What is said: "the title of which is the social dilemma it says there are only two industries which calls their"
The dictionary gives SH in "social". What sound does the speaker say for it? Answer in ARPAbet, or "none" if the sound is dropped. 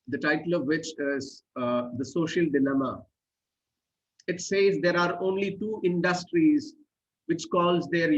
SH